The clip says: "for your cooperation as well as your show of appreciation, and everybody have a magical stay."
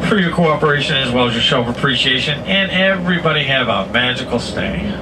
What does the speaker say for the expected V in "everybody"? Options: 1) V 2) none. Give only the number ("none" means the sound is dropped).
1